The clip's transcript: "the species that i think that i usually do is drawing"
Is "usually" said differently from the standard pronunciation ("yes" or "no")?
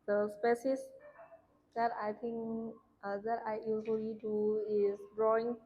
yes